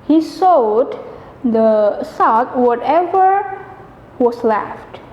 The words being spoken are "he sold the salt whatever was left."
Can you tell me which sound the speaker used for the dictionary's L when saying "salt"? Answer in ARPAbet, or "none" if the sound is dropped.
none